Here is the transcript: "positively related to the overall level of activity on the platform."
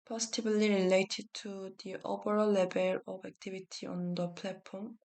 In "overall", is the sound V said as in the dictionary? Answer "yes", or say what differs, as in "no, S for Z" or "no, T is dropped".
no, P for V